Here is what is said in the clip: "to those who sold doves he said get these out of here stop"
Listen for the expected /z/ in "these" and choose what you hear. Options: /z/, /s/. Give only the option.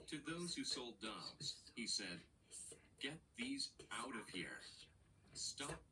/z/